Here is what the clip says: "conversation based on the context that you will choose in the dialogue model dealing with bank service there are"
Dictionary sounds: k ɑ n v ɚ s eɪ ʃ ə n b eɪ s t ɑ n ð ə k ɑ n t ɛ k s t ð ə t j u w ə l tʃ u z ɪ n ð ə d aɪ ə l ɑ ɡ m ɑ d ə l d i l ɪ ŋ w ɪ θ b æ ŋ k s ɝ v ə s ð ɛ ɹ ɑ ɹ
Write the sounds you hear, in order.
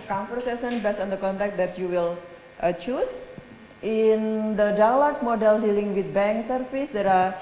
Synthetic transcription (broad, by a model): k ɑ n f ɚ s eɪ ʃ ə n b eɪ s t ɑ n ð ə k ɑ n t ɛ k t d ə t j u w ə l tʃ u s ɪ n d ə d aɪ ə l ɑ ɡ m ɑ d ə l d i l ɪ ŋ w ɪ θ b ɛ ŋ k s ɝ f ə s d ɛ ɹ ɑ ɹ